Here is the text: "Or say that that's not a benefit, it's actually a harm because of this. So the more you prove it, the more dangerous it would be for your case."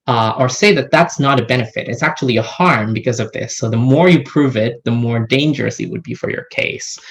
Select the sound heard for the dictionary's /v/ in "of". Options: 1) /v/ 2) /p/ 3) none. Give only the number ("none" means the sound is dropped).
1